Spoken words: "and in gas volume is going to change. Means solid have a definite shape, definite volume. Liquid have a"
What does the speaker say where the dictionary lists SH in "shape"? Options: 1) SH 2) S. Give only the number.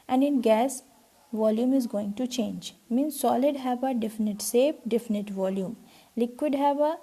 2